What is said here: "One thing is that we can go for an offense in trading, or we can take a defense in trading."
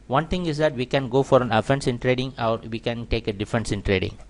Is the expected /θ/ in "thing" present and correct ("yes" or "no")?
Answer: no